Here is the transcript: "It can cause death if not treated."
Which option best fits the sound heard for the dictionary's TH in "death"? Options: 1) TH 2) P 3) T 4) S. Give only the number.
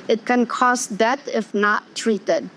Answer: 3